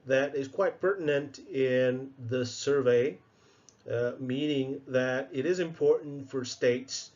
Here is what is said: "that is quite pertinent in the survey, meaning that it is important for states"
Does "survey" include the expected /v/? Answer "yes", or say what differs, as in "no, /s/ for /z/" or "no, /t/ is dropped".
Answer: yes